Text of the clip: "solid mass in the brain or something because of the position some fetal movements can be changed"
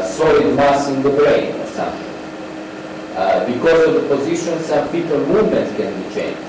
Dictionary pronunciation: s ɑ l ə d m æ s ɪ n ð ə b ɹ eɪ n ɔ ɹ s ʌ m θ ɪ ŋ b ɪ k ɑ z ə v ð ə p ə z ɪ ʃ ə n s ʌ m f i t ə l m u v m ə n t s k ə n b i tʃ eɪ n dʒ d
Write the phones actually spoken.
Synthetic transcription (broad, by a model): s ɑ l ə d m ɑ s ɪ n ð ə b ɹ eɪ n ɔ ɹ s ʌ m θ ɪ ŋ b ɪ k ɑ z ə v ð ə p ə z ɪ ʃ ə n s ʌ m p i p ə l m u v m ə n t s k ə n b i tʃ eɪ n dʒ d